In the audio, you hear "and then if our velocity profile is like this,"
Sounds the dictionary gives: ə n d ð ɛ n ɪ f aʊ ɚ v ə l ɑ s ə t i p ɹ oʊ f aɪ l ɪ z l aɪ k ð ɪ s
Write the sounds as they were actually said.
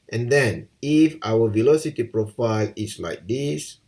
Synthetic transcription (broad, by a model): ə n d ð ɛ n ɪ f aʊ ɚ v ə l ɑ s ə t i p ɹ oʊ f aɪ l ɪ s l aɪ k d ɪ s